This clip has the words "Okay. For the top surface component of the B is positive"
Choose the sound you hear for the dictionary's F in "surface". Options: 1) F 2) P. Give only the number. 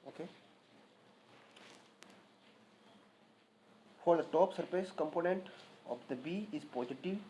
2